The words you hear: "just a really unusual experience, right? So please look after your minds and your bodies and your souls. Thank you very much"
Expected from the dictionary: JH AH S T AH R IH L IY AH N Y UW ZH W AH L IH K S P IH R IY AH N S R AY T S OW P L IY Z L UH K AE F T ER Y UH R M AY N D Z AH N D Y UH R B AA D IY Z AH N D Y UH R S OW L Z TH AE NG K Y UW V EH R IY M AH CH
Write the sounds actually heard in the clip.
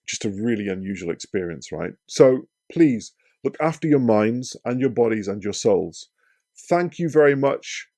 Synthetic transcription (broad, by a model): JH AH S T AH R IH L IY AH N Y UW ZH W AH L IH K S P IH R IY AH N S R AY T S OW P L IY Z L UH K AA F T ER Y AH R M AY N D Z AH N Y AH R B AA D IY Z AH N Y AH R S OW L Z TH AE NG K Y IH V EH R IY M AH CH